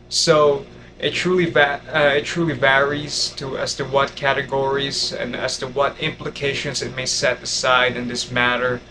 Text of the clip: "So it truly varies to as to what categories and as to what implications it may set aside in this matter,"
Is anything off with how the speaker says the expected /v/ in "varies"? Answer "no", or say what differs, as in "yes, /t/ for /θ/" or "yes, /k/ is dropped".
no